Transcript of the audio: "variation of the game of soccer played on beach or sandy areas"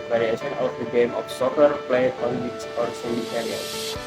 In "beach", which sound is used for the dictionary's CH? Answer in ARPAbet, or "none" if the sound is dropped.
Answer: S